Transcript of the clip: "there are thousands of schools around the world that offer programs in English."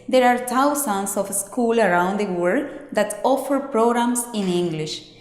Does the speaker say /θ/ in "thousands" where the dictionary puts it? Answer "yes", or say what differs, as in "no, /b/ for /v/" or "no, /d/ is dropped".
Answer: no, /t/ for /θ/